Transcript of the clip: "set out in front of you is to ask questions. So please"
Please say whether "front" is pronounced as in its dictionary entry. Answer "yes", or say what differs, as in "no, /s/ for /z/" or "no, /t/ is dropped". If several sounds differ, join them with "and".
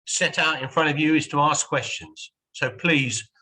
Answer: yes